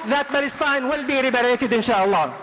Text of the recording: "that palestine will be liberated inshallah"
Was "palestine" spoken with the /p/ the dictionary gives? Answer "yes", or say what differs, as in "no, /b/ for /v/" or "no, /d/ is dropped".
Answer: no, /b/ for /p/